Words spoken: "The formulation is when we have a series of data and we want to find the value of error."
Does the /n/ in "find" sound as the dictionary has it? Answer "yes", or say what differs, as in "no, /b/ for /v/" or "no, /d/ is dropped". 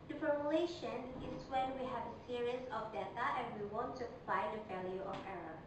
no, /n/ is dropped